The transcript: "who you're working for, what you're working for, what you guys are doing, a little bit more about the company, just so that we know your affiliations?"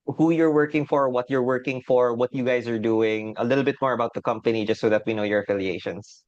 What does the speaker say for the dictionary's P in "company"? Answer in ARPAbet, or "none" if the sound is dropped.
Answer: P